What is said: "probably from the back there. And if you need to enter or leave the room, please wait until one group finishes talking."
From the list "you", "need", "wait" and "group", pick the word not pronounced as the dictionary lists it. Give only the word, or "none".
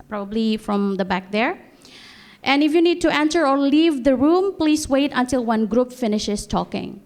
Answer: none